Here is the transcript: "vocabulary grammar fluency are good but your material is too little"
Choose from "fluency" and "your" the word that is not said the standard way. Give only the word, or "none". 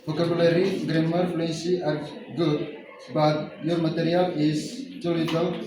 fluency